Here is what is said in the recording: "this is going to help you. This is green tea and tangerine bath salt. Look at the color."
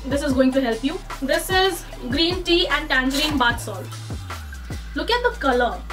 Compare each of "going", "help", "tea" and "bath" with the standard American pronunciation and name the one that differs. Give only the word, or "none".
bath